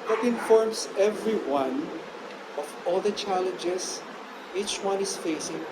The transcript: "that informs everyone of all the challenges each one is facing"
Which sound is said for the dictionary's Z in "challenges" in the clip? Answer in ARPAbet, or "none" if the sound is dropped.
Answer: S